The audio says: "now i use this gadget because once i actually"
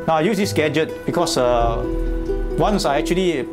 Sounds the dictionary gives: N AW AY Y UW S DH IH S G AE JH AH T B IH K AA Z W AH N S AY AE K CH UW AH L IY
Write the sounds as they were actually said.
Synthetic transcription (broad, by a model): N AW AY Y UW S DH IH S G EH JH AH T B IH K AA S W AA N S AY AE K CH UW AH L IY